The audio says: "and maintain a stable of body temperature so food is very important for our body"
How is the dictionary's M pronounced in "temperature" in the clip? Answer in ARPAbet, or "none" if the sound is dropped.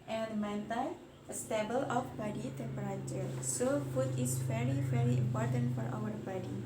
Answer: none